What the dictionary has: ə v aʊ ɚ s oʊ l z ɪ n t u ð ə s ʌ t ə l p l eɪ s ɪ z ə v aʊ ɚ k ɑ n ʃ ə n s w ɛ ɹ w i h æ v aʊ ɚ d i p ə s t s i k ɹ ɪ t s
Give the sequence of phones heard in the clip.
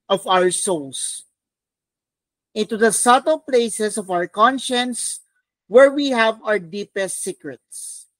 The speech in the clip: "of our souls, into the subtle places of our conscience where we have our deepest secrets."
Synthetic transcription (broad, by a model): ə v aʊ ɚ s oʊ l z ɪ n t u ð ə s ʌ t ə l p l eɪ s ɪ s ə v aʊ ɚ k ɑ n ʃ ə n s w ɛ ɹ w i h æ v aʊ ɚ d i p ə s t s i k ɹ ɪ t s